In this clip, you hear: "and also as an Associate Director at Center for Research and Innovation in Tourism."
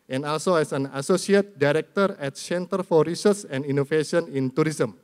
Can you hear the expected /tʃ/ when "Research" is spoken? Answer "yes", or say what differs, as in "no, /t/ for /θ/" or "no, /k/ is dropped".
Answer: no, /s/ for /tʃ/